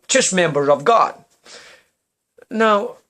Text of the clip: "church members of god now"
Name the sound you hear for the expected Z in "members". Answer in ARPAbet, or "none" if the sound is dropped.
none